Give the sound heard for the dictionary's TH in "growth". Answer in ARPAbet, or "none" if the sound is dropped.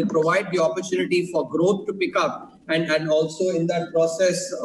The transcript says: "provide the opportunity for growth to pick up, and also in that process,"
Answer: T